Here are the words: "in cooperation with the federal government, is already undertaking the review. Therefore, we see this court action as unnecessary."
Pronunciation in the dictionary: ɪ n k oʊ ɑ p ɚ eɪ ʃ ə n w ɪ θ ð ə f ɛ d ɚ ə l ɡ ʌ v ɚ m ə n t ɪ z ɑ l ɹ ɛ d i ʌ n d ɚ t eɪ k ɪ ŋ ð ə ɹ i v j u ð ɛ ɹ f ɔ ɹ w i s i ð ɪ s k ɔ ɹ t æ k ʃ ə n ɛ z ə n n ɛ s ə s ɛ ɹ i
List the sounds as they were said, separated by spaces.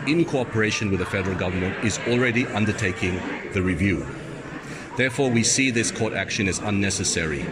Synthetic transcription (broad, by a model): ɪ n k oʊ ɑ p ɚ eɪ ʃ ə n w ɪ ð ə f ɛ d ɚ ə l ɡ ʌ v ɚ m ə n t ɪ z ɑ l ɹ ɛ d i ʌ n d ɚ t eɪ k ɪ ŋ ð ə ɹ i v j u ð ɛ ɹ f ɔ ɹ w i s i ð ɪ s k ɔ ɹ t æ k ʃ ə n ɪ z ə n n ɛ s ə s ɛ ɹ i